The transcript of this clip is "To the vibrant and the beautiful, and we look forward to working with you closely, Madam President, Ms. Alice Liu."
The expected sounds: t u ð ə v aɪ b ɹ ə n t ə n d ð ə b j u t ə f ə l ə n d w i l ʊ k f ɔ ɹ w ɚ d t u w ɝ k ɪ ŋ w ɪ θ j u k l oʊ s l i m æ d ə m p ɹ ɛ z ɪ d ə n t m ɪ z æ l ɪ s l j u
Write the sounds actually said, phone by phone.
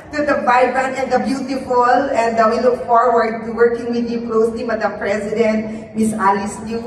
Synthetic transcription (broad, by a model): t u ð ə b aɪ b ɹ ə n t ə n d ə b j u t ə f ə l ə n d w i l ʊ k f ɔ ɹ w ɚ d t u w ɝ k ɪ ŋ w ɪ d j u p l oʊ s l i m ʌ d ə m p ɹ ɛ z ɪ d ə n t m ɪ s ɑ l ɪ s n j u